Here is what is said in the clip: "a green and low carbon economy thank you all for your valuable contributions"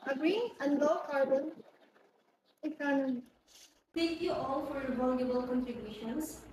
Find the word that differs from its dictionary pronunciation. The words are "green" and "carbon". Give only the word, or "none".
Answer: green